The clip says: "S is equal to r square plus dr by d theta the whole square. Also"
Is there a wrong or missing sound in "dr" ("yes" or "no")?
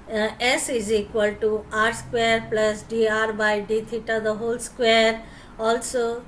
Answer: yes